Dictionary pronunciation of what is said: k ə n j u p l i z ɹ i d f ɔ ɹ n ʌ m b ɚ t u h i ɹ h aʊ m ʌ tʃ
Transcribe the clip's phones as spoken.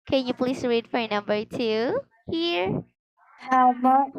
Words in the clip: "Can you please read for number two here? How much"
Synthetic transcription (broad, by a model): k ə n j u p l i s ɹ i d f ɔ ɹ n ʌ m b ɚ t u h i ɹ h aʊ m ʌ